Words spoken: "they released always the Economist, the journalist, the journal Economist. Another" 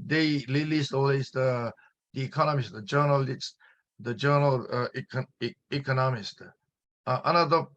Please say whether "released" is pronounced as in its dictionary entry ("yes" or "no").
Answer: no